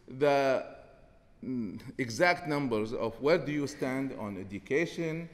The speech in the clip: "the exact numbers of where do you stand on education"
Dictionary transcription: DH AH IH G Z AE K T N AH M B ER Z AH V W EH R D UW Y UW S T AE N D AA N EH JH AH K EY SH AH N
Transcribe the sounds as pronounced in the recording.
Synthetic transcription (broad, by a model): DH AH IH G Z AE K T N AH M B ER Z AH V W EH R D UW Y UW S T AE N D AA N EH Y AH K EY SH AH N